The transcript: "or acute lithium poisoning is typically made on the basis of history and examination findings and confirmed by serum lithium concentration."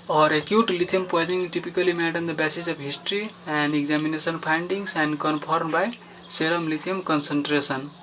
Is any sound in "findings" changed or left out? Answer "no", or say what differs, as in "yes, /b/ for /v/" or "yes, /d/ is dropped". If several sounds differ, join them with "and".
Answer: yes, /p/ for /f/ and /s/ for /z/